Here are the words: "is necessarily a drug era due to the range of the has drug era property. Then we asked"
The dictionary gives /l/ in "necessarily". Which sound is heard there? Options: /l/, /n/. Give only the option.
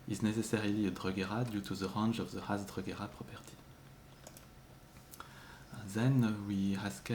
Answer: /l/